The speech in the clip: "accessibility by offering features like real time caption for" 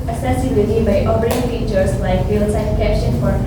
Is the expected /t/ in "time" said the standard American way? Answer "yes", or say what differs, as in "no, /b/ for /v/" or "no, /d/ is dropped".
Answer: no, /s/ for /t/